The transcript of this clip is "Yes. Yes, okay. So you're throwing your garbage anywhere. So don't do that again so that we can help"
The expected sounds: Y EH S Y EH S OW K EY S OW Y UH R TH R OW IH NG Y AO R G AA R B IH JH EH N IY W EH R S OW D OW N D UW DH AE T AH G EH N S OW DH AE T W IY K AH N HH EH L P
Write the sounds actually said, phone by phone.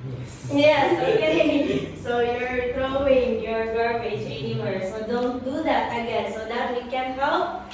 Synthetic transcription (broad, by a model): Y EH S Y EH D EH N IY S OW Y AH R T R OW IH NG Y AO R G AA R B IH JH EH N IY W EH R S OW D OW N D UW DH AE T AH G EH S OW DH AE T W IY K AH N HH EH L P